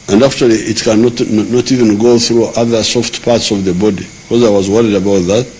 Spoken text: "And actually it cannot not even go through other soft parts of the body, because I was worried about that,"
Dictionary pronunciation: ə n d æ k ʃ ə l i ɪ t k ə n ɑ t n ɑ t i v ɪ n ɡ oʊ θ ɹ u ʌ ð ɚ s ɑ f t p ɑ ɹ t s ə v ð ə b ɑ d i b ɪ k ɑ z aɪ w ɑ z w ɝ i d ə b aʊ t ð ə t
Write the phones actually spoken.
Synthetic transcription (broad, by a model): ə n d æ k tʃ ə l i ɪ t k ə n ɑ t n ɑ t i v ɪ n ɡ oʊ θ ɹ u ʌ ð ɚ s ɑ f t p ɑ ɹ t s ə v ð ə b ɑ d i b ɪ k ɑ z aɪ w ɑ z w ɝ i d ə b aʊ t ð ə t